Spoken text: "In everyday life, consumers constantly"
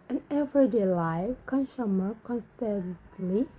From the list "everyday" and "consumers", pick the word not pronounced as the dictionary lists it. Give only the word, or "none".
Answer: consumers